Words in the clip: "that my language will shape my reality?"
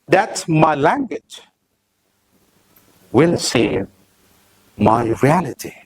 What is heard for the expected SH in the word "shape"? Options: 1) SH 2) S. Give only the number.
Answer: 2